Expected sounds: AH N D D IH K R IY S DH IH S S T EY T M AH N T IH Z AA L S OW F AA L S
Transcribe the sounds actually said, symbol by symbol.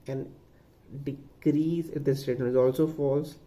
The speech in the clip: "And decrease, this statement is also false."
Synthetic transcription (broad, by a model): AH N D D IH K R IY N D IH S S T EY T AH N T IH Z AA L S OW F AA L S